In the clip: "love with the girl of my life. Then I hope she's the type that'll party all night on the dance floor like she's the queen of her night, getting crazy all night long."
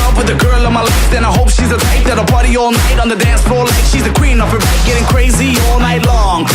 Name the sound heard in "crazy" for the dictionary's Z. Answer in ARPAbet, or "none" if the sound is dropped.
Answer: Z